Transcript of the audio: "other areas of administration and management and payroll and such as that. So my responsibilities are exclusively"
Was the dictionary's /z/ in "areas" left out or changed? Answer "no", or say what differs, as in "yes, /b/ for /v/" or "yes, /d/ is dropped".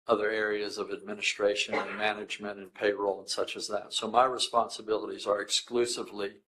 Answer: no